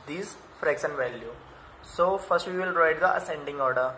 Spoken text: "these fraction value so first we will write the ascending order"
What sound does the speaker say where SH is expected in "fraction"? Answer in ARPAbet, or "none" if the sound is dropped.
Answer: S